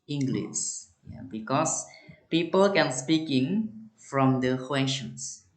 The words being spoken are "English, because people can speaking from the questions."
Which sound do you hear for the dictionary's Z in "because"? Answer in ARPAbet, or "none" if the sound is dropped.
S